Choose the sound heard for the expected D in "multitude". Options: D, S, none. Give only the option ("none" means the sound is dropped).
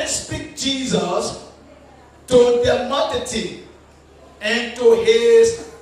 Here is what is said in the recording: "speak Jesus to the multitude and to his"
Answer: none